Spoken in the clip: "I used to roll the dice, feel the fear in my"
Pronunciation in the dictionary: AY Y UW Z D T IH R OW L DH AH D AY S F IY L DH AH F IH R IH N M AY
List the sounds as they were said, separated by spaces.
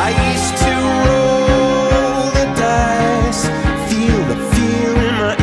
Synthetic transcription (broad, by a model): AY Y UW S T IH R OW L DH AH D AY S F IY L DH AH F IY L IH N M AY